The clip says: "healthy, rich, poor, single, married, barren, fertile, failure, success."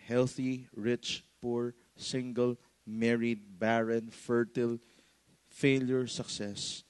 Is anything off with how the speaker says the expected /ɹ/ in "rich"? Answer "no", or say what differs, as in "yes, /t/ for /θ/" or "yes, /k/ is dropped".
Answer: no